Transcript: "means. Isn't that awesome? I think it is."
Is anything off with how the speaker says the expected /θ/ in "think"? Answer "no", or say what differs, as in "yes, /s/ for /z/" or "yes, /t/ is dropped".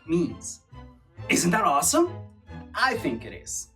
no